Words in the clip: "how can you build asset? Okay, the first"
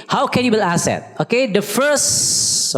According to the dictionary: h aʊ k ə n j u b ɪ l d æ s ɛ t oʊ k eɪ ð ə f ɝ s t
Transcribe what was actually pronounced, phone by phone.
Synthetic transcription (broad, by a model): h aʊ k ə n j u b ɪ l æ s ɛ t oʊ k eɪ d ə f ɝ s